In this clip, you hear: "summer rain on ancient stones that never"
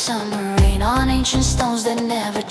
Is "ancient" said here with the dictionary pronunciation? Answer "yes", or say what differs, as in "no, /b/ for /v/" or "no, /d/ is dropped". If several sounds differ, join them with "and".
yes